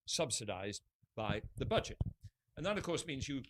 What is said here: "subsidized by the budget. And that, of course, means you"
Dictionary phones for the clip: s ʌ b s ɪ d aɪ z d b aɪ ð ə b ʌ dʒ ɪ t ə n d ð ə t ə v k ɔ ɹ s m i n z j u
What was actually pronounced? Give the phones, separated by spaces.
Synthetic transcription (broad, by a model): s ʌ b s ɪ d aɪ z b aɪ ð ə b ʌ dʒ ɪ t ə n ð ə t ə v k ɔ ɹ s m i n z j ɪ